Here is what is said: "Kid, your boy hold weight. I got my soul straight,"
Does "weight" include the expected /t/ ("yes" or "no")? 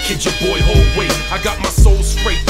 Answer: no